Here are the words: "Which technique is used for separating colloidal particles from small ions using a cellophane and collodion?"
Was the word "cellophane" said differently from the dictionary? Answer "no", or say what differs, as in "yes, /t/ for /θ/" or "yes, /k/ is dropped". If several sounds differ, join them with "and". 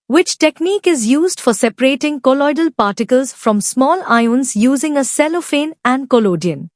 no